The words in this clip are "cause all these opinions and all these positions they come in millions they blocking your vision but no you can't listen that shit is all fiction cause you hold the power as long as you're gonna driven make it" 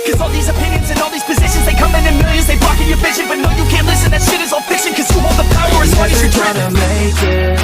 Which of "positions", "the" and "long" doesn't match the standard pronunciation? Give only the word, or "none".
long